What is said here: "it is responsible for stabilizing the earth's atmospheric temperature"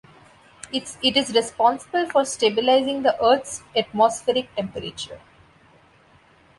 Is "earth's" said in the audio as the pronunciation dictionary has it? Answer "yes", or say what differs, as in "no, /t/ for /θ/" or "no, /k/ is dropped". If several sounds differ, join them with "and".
no, /t/ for /θ/